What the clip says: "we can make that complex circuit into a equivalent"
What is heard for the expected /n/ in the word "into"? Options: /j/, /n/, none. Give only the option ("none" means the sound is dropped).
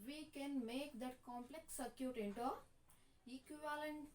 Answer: /n/